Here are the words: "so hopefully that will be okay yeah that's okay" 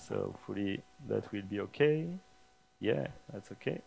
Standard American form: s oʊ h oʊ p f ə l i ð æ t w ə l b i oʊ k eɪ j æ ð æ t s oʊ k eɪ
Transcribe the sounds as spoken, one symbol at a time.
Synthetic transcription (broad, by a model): s oʊ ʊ f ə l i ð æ t w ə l b i oʊ k eɪ j æ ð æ t s oʊ k eɪ